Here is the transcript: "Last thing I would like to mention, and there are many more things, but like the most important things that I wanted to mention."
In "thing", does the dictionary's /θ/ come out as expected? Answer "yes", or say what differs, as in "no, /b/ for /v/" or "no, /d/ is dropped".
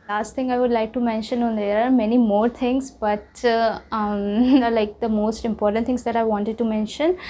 no, /t/ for /θ/